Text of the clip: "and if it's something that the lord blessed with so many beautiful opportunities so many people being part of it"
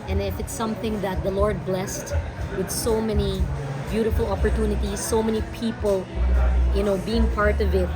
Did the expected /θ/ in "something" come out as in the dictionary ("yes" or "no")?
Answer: yes